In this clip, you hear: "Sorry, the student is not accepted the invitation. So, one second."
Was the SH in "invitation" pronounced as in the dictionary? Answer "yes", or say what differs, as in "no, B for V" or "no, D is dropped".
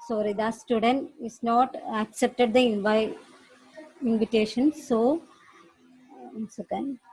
no, SH is dropped